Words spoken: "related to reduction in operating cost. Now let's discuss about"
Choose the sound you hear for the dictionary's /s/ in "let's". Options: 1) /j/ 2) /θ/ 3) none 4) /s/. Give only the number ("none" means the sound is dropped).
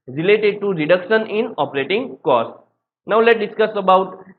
3